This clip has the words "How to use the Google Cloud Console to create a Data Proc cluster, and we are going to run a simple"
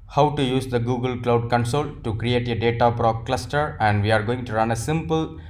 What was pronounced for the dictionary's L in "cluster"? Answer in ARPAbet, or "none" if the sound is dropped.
L